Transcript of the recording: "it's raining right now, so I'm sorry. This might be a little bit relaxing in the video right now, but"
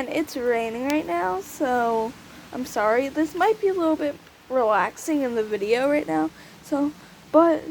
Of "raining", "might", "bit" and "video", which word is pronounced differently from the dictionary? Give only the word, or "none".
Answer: none